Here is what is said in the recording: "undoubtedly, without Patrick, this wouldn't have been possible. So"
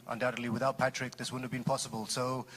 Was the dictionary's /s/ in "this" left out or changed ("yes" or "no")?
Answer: no